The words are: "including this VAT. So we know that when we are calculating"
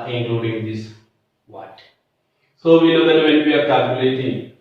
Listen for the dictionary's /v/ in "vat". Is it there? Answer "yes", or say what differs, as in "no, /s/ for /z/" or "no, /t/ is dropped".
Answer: no, /w/ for /v/